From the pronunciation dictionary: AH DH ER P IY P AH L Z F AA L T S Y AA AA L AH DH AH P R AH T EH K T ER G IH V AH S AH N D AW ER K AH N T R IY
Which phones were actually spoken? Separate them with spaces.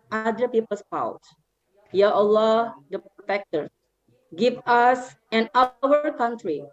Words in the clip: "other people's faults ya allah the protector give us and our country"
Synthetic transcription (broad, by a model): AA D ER P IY P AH L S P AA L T Y AA AA L AH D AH P R AH T EH K T ER G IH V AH S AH N AW ER K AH N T R IY